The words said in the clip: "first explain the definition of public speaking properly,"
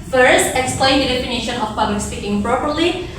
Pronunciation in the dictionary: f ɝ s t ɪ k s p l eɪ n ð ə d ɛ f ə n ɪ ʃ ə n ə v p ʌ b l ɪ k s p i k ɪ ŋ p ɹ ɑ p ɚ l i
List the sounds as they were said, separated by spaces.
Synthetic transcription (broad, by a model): f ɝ s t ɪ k s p l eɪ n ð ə d ɛ f ə n ɪ ʃ ə n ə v p ʌ b l ɪ k s p i k ɪ ŋ p ɹ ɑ p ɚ l i